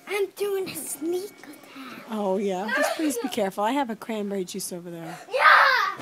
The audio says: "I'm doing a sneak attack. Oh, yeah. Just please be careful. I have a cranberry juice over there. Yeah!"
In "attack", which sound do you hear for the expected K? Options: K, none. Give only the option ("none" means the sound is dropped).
none